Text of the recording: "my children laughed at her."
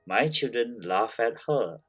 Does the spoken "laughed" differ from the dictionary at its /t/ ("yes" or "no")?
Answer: yes